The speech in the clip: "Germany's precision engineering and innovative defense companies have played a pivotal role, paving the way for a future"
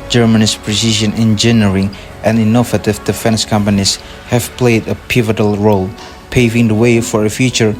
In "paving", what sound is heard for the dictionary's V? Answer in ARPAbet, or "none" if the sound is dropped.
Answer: V